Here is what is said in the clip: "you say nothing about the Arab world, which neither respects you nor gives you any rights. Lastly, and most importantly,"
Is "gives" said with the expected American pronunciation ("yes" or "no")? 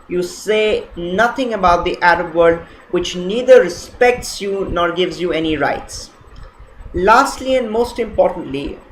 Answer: yes